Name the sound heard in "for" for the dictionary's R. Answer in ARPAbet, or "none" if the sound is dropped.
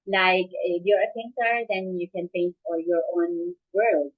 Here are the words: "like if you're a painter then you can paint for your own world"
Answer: L